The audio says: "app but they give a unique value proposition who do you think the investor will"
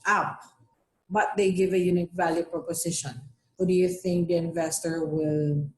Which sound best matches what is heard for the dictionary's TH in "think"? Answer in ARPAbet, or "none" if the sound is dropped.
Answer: TH